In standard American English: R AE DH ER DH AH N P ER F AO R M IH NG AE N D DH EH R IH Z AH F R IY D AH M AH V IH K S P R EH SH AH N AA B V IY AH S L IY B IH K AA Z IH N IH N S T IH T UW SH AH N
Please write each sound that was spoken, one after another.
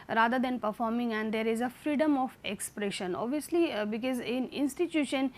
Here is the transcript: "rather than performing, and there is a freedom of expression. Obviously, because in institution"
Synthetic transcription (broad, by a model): R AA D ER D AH N P ER F AO R M IH NG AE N D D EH R IH Z AH F R IY D AH M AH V IH K S P R EH SH AH N AA B V IY AH S L IY B IH K AA Z IH N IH N S T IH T UW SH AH N